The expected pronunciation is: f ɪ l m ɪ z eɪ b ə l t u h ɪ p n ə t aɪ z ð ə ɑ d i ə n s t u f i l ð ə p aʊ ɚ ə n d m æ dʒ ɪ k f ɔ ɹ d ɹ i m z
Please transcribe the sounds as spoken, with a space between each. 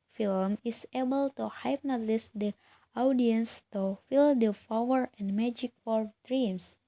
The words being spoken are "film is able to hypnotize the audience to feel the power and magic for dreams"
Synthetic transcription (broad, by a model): f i l m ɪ s eɪ b ə l t u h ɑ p n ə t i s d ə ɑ d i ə n s t u f i l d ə f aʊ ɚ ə n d m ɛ dʒ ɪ k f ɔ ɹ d ɹ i m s